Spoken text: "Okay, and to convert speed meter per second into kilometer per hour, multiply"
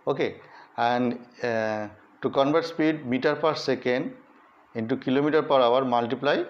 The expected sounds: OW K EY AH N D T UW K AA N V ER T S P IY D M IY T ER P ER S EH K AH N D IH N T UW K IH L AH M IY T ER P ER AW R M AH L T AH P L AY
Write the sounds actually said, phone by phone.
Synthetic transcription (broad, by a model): OW K EY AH N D T UW K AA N B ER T S P IY D M IY T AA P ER S EH K AH N D IH N T UW K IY L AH M IY T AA P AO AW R M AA L T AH P L AY